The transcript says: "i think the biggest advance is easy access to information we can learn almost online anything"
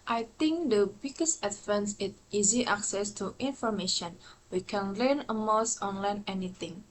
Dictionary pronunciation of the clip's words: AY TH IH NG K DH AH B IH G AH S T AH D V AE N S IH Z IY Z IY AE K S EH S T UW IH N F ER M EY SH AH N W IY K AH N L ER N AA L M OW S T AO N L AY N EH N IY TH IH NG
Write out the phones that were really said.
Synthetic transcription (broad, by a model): AY T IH NG K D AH B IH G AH S T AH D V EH N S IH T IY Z IY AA K S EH S T UW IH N F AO M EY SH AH N W IY K AH N L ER N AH M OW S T AO N L AY N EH N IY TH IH NG